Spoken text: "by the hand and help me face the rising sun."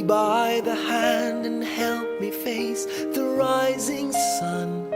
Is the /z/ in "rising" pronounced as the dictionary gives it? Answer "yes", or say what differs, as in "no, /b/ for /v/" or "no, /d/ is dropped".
yes